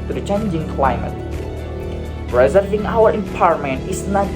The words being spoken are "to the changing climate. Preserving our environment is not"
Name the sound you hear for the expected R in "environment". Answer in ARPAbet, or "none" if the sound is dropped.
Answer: none